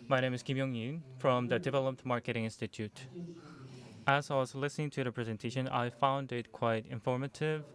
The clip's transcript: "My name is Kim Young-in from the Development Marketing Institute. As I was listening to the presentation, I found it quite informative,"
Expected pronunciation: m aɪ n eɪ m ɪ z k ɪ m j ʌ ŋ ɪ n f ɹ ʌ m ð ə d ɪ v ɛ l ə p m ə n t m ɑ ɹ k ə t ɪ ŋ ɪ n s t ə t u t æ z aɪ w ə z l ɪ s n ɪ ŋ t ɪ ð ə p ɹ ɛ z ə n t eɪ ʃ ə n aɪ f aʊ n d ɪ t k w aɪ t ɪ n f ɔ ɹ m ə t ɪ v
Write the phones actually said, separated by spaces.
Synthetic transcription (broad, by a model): m aɪ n eɪ m ɪ z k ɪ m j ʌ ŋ ɪ n f ɹ ʌ m ð ə d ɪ v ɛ l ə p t m ɑ ɹ k ə t ɪ ŋ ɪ n s t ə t u t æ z aɪ w ə z l ɪ s n ɪ ŋ t ɪ ð ə p ɹ ɛ z ə n t eɪ ʃ ə n aɪ f aʊ n d ɪ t k w aɪ t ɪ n f ɔ ɹ m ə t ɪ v